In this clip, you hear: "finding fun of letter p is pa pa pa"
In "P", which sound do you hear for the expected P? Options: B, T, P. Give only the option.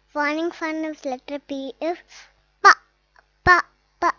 B